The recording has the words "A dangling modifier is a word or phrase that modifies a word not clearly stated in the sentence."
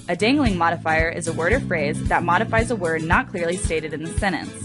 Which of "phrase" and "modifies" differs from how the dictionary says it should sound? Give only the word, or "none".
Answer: none